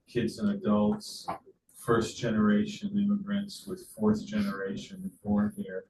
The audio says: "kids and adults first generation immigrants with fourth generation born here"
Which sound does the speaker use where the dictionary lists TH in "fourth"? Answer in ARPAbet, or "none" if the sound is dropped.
TH